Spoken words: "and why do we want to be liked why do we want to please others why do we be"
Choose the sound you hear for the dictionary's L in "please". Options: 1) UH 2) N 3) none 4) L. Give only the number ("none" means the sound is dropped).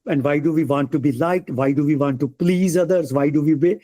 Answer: 4